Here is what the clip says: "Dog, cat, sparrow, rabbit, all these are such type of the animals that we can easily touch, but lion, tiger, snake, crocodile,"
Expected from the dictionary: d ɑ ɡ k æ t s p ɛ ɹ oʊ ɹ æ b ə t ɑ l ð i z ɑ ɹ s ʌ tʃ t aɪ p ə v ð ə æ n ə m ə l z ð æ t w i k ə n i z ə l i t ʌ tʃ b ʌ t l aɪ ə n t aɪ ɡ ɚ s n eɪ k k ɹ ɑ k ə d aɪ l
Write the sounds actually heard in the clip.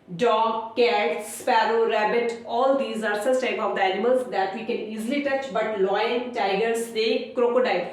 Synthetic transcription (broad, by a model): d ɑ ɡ k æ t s p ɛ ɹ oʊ ɹ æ b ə t ɑ l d i z ɑ ɹ s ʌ s t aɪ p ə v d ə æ n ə m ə l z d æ t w i k ə n i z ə l i t ʌ tʃ b ʌ t l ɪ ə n t aɪ ɡ ɚ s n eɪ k k ɹ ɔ k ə d aɪ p